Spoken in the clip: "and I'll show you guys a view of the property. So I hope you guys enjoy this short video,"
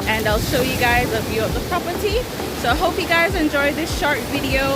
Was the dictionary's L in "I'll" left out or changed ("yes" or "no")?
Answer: no